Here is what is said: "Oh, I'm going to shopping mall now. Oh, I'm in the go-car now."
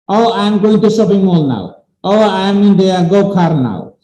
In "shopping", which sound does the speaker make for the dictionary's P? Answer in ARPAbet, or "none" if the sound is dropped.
B